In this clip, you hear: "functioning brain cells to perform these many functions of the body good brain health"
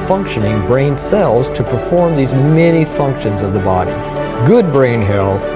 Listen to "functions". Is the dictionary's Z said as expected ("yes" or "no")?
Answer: yes